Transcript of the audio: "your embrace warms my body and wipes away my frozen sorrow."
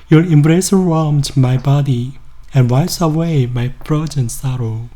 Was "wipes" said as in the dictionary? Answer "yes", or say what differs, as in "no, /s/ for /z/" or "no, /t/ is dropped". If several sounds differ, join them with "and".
no, /p/ is dropped